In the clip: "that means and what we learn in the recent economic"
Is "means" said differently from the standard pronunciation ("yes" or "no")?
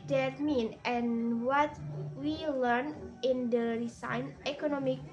yes